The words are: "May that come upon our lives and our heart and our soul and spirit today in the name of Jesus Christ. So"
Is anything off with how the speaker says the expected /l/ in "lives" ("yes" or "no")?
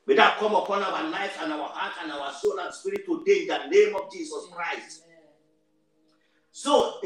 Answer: yes